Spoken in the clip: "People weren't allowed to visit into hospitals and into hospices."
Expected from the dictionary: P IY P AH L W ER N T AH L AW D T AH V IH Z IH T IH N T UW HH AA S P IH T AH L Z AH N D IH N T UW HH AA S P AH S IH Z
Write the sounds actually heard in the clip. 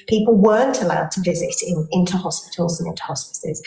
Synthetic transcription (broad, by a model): P IY P AH L W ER N T AH L AW D T AH V IH Z IH T IH N T UW HH AA S P IH T AH L Z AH N IH N T UW HH AA S P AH S IH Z